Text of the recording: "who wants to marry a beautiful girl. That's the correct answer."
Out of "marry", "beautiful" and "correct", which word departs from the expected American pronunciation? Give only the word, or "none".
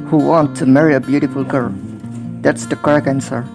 correct